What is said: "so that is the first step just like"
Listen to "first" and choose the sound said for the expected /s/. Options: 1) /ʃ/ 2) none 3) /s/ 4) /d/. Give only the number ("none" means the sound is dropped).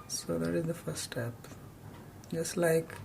2